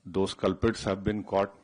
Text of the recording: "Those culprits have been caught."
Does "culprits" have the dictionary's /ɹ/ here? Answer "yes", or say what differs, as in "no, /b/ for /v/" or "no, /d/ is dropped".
no, /ɹ/ is dropped